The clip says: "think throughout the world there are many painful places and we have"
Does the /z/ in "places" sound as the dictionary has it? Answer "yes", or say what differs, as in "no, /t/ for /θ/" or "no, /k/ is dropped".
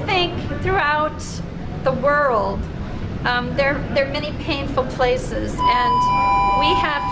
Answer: yes